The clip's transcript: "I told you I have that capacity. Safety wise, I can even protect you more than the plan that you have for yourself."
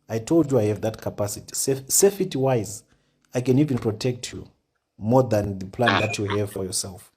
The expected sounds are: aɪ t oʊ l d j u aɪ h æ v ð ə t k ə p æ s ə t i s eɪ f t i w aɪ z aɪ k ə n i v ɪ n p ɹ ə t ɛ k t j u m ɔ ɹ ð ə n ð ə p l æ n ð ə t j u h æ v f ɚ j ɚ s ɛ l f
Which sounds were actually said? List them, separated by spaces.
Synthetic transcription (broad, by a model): aɪ t oʊ l d j u aɪ h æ v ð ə t k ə p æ s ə t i s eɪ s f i w aɪ z aɪ k ə n i v ɪ n p ɹ ə t ɛ k t j u m ɔ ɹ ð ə n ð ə p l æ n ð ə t j u h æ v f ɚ j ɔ s ɛ l f